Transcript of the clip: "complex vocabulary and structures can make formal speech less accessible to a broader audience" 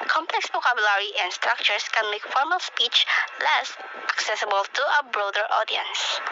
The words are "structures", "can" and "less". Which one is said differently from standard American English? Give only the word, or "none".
structures